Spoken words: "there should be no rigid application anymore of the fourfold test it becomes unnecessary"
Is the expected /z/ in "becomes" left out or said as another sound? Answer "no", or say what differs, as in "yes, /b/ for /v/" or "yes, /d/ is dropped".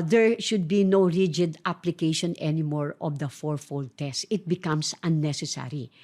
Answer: yes, /s/ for /z/